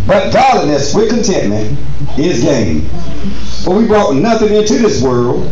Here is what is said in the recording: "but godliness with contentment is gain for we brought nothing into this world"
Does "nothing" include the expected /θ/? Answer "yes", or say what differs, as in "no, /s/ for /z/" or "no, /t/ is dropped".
yes